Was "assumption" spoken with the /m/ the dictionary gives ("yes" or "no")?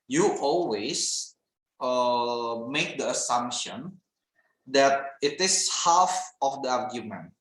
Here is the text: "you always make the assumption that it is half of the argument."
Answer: yes